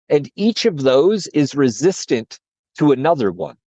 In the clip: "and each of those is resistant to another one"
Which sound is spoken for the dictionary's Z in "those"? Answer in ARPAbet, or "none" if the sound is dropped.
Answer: Z